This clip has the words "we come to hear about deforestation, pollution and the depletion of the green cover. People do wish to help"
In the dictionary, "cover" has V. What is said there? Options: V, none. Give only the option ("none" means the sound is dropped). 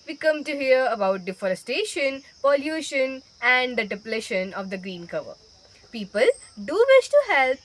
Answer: V